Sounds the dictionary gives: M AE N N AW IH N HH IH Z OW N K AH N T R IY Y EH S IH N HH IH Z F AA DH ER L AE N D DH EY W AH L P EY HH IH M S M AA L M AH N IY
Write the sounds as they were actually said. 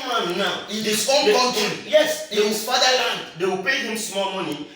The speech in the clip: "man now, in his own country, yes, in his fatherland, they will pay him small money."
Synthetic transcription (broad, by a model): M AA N N AW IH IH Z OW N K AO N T IY Y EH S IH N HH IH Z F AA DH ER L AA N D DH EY W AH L P EY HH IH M S M AA L M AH N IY